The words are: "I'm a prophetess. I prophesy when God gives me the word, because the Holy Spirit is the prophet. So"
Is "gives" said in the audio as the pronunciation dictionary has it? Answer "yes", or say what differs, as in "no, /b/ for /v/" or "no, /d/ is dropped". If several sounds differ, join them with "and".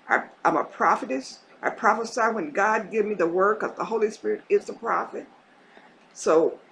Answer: no, /z/ is dropped